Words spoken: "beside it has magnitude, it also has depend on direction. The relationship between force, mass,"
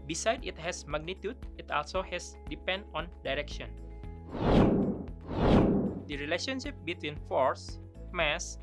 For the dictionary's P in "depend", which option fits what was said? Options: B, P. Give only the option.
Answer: P